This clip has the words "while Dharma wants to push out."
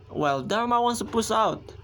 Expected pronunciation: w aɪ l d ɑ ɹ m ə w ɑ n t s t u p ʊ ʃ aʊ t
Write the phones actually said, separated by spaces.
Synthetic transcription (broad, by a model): w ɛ l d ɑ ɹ m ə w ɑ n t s t u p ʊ s aʊ t